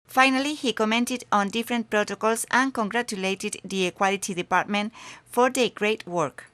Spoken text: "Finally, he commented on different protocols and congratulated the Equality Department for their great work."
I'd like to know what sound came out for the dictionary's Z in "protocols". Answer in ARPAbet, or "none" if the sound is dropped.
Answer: S